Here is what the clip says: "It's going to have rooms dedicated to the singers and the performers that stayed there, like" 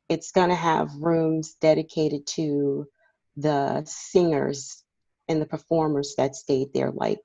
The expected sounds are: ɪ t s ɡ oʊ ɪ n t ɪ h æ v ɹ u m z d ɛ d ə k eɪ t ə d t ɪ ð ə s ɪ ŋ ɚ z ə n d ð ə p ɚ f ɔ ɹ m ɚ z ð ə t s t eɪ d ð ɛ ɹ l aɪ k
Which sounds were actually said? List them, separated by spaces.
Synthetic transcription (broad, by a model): ɪ t s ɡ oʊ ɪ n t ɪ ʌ v ɹ u m z d ɛ d ə k eɪ t ə d t ɪ ð ə s ɪ ŋ ɚ z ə n ð ə p ɚ f ɔ ɹ m ɚ z ð ə t s t eɪ d ð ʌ ɹ l aɪ k